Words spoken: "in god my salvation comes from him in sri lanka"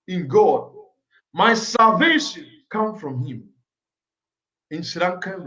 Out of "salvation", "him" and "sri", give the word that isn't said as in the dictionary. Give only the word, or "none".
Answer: sri